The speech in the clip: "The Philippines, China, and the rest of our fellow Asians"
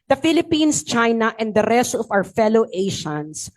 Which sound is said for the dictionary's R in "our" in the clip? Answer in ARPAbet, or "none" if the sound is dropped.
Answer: W